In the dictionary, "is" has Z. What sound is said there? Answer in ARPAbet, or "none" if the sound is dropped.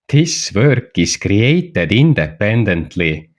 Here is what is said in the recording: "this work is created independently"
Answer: S